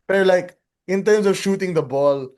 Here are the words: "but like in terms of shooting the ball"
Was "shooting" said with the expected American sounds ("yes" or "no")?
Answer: yes